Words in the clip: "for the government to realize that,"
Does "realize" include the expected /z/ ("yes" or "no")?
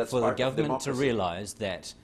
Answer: yes